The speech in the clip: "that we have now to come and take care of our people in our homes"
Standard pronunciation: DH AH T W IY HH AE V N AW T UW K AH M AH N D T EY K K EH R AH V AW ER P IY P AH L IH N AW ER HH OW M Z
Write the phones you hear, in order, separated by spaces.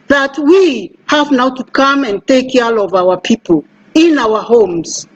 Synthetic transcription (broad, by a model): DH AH T W IY HH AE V N AW T UW K AH M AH N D T EY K K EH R AH V AW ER P IY P AH L IH N AW ER HH OW M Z